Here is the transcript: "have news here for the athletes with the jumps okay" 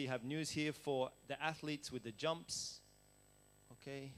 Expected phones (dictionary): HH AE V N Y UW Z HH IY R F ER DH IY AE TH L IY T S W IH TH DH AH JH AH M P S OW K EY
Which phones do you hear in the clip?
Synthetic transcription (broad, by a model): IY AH V N Y UW Z HH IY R F ER DH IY AE TH L IY T S W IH DH AH JH AH M P S OW K EY